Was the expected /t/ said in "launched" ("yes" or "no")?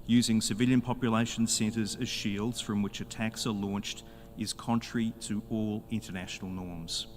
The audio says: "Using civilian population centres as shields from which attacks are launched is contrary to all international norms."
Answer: yes